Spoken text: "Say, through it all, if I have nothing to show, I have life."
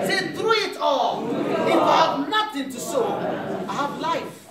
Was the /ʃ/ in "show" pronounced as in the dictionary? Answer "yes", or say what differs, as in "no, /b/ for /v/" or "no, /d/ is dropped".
no, /s/ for /ʃ/